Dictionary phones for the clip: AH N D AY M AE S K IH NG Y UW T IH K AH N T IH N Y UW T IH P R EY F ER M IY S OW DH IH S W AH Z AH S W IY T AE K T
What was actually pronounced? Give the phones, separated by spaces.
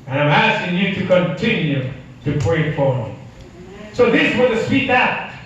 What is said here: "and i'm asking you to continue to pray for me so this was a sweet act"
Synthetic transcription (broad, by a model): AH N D AY M AE S K IH NG Y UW T IH K AH N T IH N Y UW T IH P R EY F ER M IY S OW DH IH S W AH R AH S W IY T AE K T